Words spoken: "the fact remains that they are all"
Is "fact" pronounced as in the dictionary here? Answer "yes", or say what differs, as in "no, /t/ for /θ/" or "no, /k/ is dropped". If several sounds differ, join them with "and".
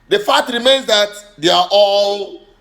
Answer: no, /k/ is dropped